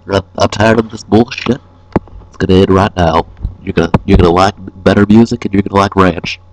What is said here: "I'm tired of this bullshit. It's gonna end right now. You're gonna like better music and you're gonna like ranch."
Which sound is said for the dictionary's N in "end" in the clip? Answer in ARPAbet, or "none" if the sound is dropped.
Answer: none